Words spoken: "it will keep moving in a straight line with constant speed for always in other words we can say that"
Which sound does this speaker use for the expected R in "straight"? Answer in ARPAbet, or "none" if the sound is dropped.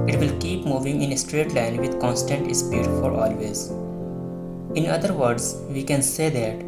R